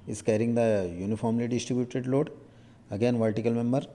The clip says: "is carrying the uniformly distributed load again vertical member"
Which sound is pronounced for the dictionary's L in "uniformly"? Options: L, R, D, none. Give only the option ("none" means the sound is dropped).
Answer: L